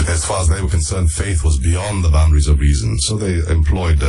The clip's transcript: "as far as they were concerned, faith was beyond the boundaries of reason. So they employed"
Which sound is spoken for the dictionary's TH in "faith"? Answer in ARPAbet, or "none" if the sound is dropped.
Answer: TH